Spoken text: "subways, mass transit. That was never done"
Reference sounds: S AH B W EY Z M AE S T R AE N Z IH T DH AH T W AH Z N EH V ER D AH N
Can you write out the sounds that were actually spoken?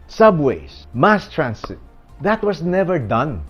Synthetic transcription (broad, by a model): S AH B W EY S M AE S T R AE N S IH T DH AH T W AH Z N EH V ER D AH N